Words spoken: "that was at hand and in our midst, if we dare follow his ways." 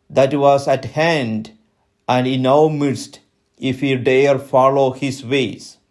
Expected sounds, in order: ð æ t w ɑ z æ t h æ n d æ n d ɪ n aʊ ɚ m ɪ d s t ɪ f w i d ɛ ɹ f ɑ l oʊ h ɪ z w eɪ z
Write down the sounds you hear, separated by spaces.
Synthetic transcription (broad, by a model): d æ t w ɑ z æ t h æ n d æ n d ɪ n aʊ m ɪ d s t ɪ f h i d ɛ ɹ f ɑ l oʊ h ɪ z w eɪ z